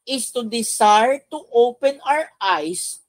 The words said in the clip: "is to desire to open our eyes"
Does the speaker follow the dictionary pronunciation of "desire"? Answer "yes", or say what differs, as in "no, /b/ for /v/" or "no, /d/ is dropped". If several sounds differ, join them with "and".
no, /s/ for /z/